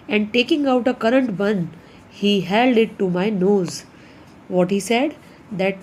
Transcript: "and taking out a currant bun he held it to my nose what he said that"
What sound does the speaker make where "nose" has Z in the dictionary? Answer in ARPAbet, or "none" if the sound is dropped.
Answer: Z